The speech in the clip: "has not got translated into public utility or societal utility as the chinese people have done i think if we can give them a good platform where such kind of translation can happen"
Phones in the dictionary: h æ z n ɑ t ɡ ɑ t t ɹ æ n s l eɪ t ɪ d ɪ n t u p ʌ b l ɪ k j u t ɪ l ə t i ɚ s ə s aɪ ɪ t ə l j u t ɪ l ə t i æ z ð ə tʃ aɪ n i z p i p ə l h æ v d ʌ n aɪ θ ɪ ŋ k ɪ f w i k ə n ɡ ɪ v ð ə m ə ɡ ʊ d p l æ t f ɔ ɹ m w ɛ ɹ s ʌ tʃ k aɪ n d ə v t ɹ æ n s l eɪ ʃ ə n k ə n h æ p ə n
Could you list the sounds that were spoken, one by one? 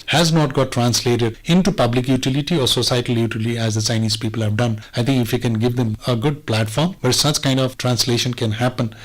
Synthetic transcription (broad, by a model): h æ z n ɑ t ɡ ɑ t t ɹ æ n s l eɪ t ɪ d ɪ n t u p ʌ b l ɪ k j u t ɪ l ə t i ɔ s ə s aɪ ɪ t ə l j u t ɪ l i æ z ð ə tʃ aɪ n i z p i p ə l h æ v d ʌ n aɪ t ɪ ŋ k ɪ f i k ə n ɡ ɪ v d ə m ə ɡ ʊ d p l æ t f ɔ ɹ m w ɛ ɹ s ʌ tʃ k aɪ n d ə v t ɹ æ n s l eɪ ʃ ə n k ə n h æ p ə n